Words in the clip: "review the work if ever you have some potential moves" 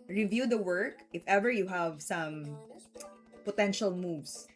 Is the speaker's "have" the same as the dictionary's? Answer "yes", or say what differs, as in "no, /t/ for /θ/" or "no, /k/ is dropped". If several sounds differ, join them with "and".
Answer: yes